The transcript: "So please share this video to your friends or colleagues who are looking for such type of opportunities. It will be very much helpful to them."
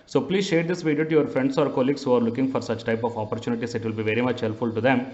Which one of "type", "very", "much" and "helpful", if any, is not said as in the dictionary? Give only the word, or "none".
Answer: helpful